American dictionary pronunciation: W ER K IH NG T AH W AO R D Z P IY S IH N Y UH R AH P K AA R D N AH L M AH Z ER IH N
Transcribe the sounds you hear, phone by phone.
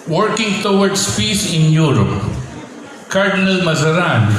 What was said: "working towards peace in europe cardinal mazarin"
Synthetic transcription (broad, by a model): W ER K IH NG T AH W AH R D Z P IY S IH N Y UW R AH P K AA R D N AH L M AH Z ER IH N